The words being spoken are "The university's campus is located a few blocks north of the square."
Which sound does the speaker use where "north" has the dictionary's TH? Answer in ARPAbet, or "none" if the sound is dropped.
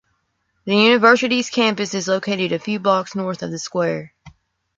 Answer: TH